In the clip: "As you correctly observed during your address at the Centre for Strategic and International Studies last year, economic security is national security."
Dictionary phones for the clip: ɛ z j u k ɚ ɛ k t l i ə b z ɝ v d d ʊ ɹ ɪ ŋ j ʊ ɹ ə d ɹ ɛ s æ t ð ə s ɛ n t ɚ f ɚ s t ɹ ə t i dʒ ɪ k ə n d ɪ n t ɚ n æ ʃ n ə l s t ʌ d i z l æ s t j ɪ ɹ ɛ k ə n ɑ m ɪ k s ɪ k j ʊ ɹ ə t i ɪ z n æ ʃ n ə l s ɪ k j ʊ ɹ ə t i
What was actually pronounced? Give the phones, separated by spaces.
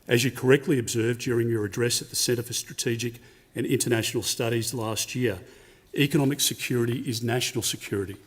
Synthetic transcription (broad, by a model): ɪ z j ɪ k ɚ ɛ k t l i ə b z ɝ v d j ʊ ɹ ɪ ŋ j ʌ ɹ ə d ɹ ɛ s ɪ t ð ə s ɛ t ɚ f ɚ s t ɹ ə t i dʒ ɪ k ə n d ɪ n t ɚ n æ ʃ n l s t ʌ d i z l æ s t j ɪ ɹ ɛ k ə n ɑ m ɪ k s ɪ k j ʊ ɹ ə t i ɪ z n æ ʃ n l s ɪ k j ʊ ɹ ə t i